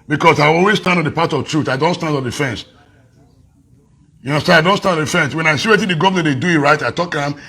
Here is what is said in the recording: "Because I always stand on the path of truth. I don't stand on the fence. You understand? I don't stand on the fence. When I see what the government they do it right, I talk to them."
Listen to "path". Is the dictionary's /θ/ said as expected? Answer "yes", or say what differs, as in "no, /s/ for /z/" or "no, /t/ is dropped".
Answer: no, /t/ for /θ/